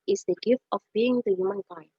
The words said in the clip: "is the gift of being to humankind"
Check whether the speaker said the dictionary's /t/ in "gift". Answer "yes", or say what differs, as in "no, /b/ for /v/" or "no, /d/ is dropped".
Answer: yes